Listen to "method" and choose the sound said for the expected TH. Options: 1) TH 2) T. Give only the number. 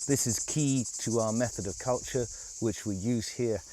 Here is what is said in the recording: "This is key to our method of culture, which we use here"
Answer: 1